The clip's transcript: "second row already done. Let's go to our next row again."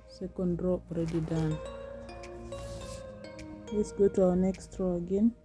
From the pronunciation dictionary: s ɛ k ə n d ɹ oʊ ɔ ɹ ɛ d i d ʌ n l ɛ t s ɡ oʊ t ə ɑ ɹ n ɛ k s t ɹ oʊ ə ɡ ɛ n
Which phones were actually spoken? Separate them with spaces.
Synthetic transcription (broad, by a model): s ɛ k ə n d ɹ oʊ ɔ ɹ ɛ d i d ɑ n w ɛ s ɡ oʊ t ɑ n ɛ k s t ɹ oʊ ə ɡ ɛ n